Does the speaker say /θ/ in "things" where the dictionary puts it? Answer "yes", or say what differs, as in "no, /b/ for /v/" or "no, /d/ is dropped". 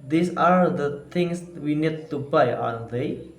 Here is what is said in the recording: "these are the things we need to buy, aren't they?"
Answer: no, /t/ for /θ/